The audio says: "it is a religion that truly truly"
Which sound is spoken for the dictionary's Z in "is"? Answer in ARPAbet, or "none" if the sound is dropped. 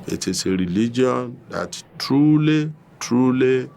S